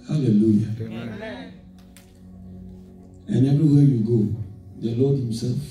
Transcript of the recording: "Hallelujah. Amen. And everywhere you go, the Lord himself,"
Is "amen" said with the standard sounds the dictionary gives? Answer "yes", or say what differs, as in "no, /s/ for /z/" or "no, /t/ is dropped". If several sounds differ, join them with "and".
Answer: no, /m/ is dropped